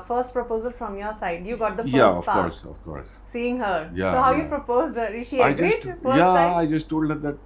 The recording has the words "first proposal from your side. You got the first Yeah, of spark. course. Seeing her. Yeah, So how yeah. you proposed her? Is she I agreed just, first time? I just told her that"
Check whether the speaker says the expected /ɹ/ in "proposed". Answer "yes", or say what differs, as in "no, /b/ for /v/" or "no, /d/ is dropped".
yes